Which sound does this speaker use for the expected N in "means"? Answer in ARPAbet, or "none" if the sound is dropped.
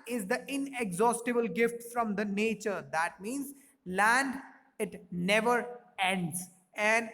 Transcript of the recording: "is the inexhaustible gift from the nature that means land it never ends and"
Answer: N